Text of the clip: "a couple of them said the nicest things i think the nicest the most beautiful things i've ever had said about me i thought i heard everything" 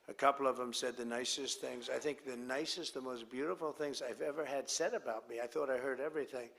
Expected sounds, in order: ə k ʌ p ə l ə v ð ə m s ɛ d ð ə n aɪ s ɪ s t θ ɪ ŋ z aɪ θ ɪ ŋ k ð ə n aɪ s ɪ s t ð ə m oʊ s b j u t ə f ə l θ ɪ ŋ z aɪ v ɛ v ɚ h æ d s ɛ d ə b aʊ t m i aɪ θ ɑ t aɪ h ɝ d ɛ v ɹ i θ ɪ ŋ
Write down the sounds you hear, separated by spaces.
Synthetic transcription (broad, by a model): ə k ʌ p l ə v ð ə m s ɛ d ð ə n aɪ s ɪ s t θ ɪ ŋ z aɪ θ ɪ ŋ k ð ə n aɪ s ɪ s t ð ə m oʊ s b j u t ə f l θ ɪ ŋ z aɪ v ɛ v ɚ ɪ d s ɛ d ə b aʊ t m i aɪ θ ɑ t aɪ h ɝ d ɛ v ɹ i θ ɪ ŋ